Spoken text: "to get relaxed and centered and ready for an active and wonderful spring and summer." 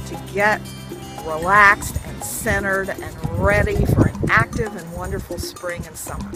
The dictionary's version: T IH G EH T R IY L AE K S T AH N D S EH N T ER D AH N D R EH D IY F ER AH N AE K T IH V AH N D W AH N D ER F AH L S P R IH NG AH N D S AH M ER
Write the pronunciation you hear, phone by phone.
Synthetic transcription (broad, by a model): T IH G EH T R IY L AE K S T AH N S EH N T ER D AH N R EH D IY F ER AH N AE K T IH V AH N W AH N D ER F L S P R IH NG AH N S AH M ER